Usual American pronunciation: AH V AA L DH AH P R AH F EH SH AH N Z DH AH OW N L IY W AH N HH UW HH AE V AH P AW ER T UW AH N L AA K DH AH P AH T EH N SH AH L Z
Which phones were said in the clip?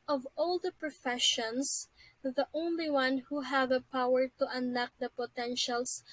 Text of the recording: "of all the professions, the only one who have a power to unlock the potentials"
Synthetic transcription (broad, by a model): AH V AA L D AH P R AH F EH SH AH N S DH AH OW N L IY W AH N HH UW HH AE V AH P AW ER T UW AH N AA K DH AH P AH T EH N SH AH L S